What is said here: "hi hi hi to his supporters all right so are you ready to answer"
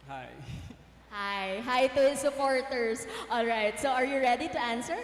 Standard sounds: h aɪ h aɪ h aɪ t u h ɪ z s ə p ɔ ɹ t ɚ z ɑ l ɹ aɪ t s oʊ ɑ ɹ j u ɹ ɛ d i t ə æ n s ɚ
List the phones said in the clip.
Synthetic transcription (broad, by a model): h aɪ h aɪ h aɪ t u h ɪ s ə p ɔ ɹ t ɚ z ɑ l ɹ aɪ t s oʊ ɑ ɹ j u ɹ ɛ d i t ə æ n s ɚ